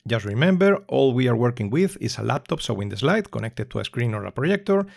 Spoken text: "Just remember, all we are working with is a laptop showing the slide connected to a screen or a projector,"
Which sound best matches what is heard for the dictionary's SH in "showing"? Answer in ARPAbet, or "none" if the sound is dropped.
S